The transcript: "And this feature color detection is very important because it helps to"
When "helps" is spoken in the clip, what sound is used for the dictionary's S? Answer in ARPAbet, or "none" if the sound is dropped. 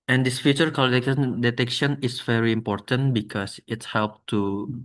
none